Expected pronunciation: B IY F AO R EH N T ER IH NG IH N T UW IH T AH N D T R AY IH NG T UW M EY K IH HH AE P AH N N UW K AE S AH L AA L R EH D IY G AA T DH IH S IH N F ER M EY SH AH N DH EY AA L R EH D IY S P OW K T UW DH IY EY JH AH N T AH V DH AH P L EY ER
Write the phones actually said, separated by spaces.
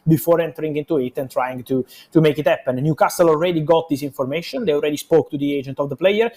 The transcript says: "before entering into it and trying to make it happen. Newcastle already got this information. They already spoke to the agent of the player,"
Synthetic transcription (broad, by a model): B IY F AO R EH N T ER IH NG IH N T UW IH T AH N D T R AY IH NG T UW M EY K IH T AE P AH N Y UW K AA S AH L AA L R EH D IY G AA T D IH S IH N F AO M EY SH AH N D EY AA L R EH D IY S P OW K T UW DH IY EY JH AH N T AH V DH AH P L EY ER